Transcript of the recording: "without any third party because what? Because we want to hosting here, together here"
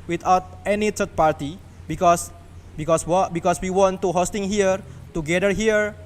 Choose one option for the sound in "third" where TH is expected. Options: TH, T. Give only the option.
T